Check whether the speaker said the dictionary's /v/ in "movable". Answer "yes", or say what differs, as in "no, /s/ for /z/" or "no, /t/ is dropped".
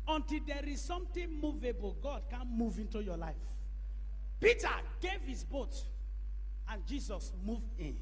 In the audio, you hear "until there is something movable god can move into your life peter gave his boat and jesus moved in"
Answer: yes